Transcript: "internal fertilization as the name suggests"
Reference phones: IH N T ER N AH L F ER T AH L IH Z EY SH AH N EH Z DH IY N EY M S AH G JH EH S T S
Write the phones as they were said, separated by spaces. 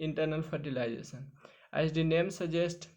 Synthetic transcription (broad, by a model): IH N T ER N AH L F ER T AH L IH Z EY S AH N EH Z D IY N EY M S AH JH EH S T